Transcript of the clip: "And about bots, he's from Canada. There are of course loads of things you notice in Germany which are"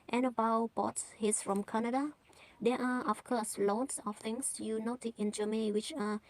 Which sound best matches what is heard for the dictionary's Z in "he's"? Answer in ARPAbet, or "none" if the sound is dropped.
S